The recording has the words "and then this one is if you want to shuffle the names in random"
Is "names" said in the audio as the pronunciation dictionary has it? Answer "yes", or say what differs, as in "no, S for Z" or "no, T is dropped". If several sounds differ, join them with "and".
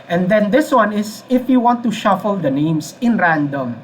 no, S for Z